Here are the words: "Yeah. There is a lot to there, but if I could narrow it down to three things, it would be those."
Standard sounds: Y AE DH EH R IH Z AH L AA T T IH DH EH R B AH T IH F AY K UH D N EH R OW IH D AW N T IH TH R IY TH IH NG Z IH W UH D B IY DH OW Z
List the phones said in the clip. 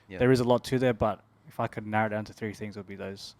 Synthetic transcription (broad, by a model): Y DH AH R IH Z AH L AA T T IH DH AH R B AH T IH F AY K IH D N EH R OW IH D AW N T IH TH R IY TH IH NG Z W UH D B IY DH OW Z